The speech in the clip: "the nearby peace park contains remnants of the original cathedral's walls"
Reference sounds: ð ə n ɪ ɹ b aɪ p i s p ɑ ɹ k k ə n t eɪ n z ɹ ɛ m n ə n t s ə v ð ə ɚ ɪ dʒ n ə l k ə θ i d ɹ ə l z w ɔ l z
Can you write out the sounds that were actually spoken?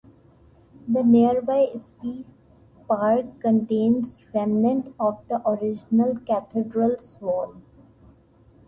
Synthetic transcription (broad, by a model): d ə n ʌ ɹ b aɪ p i s p ɑ ɹ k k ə n t eɪ n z ɹ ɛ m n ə n t ə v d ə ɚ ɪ dʒ n ə l k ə t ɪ d ɹ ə l s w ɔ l